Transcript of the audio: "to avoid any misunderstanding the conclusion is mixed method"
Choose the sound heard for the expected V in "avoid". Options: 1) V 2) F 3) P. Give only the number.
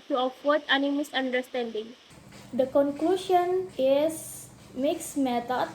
2